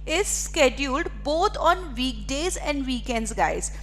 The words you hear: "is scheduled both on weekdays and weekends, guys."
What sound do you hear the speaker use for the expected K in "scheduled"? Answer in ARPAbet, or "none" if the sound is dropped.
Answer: K